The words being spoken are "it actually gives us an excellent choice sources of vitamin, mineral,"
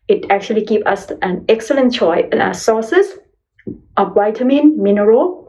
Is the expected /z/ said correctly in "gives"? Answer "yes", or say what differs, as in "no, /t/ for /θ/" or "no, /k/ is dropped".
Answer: no, /z/ is dropped